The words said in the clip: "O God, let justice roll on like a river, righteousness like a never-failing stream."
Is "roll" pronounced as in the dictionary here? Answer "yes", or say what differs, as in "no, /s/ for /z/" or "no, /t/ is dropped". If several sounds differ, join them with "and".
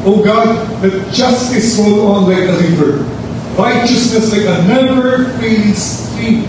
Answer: no, /w/ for /ɹ/